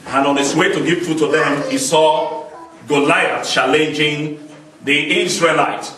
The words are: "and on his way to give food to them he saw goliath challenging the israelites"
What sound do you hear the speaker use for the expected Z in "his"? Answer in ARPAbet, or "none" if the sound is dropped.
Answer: S